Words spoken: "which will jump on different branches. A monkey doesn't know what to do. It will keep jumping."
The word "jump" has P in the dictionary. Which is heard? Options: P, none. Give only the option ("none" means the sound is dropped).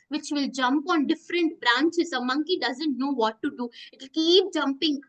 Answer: P